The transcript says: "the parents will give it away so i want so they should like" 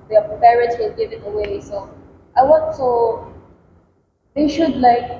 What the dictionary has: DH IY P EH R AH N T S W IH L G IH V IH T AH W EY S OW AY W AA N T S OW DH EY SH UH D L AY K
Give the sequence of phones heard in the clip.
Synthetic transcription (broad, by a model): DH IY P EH R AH T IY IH N G IH V IH T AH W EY S OW AY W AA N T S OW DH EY SH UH D L AY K